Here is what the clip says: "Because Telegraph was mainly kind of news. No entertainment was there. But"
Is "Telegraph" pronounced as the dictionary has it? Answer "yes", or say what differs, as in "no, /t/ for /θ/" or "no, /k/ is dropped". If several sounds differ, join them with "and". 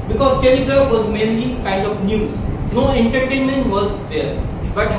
no, /ɹ/ is dropped